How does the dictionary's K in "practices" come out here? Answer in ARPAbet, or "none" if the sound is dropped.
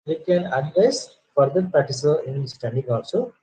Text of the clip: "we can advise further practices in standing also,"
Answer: none